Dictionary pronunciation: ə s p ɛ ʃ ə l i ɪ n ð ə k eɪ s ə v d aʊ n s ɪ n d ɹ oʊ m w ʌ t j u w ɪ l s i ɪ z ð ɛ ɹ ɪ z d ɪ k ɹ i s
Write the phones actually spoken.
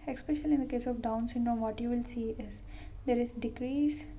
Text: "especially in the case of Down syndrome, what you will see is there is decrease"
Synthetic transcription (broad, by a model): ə s p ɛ ʃ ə l i ɪ n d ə k eɪ s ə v d aʊ n s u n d oʊ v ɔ t j u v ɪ l s i ɪ z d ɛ ɹ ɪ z d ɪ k ɹ i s